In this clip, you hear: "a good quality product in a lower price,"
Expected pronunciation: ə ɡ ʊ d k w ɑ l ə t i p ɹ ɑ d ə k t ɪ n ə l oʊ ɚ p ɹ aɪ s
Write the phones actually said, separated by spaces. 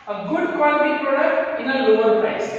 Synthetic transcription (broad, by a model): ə ɡ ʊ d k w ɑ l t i p ɹ ɑ d ə k t ɪ n ə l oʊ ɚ p ɹ aɪ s